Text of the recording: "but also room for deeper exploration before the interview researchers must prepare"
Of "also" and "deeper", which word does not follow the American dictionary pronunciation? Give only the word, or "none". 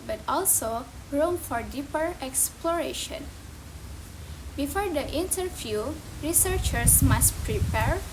none